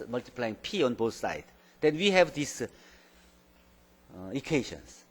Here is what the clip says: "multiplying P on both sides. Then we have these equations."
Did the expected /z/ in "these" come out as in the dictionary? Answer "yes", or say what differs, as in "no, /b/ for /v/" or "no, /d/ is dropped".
no, /s/ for /z/